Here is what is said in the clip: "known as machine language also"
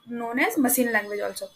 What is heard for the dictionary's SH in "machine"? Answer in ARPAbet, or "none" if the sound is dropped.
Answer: S